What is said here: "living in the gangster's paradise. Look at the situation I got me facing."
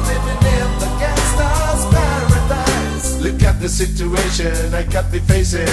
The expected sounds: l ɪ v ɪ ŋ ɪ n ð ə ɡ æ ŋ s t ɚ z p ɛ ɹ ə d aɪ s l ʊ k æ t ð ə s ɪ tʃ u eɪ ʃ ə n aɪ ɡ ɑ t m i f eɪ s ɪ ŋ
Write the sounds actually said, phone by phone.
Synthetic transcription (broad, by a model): l ɪ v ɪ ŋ ɪ n ð ə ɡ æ s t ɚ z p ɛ ɹ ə d aɪ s l ʊ k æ t ð ə s ɪ tʃ u eɪ ʃ ə n aɪ ɡ ɑ t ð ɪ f eɪ s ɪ